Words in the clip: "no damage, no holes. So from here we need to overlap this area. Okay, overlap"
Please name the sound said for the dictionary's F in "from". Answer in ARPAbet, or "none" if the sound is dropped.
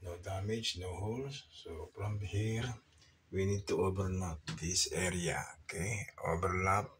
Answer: P